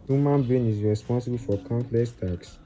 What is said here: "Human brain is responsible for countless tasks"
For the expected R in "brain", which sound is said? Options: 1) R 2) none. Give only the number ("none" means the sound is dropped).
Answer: 2